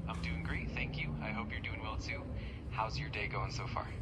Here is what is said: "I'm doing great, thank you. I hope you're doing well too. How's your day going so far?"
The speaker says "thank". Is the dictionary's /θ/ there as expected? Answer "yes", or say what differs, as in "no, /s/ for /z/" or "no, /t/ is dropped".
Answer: yes